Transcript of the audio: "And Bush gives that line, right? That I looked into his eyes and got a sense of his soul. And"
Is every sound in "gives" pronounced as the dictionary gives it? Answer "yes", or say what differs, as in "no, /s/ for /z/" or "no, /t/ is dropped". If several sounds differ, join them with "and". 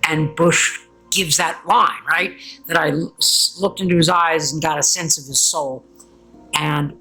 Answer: yes